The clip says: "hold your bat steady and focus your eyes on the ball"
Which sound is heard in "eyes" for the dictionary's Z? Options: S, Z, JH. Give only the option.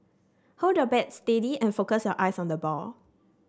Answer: S